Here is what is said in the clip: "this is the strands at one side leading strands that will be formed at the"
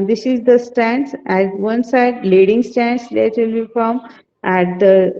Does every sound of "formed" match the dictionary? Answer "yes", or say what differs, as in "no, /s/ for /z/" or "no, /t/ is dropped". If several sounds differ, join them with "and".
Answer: no, /d/ is dropped